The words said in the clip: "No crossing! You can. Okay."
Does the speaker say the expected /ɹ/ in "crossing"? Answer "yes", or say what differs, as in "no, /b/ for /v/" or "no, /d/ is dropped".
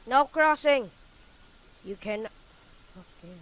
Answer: yes